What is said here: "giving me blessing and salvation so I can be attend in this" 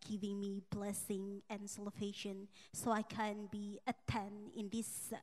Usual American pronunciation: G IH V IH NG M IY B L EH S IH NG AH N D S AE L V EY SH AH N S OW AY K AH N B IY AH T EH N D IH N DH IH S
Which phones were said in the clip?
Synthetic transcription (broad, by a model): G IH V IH NG M IY B L EH S IH NG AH N S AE L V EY SH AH N S OW AY K AH N B IY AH T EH N IH N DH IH S